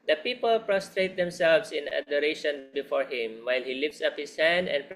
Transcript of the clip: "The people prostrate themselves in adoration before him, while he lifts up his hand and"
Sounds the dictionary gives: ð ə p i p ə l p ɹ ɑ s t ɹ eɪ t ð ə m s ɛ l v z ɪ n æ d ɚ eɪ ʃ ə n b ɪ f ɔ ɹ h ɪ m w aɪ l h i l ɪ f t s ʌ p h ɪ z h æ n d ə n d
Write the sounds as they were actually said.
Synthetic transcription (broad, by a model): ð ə p i p ə l p ɹ ɑ s t ɹ eɪ t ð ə m s ɛ l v s ɪ n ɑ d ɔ eɪ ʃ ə n b ɪ f ɔ ɹ h ɪ m w aɪ l h i l ɪ f t s ʌ p h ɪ s h æ n d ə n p